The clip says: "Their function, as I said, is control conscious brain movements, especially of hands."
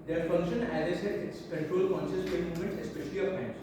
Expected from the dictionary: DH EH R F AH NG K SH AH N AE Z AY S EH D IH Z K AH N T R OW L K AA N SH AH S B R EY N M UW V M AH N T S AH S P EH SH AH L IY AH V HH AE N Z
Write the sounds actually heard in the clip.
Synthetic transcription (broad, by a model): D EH R F AH NG K SH AH N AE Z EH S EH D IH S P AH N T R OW L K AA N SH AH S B EY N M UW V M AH N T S AH S P EH SH AH L IY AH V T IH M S